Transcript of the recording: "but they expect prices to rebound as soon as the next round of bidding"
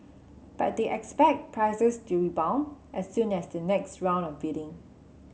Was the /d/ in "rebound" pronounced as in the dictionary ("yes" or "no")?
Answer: no